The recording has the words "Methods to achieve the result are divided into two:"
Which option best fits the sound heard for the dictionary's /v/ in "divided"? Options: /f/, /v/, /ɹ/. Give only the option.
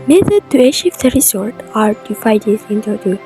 /f/